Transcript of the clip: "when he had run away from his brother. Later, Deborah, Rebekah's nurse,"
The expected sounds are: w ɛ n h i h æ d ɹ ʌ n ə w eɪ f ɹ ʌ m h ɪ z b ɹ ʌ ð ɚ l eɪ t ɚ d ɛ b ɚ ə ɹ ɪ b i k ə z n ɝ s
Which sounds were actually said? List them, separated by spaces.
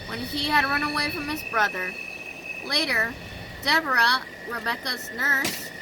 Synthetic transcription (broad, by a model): w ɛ n i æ d ɹ ʌ n ə w eɪ f ɹ ʌ m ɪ z b ɹ ʌ ð ɚ l eɪ t ɚ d ɛ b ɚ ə ɹ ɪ b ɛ k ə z n ɝ s